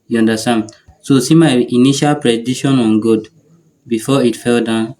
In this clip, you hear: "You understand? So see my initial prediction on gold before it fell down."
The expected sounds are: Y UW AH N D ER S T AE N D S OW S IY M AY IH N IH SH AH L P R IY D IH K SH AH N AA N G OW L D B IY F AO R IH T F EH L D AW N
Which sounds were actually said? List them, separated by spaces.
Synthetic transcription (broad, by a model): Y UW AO N D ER S T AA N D S OW S IY M AY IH N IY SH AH L P R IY D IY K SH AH N AA N G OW D B IY F AO IH T F EH L D AW N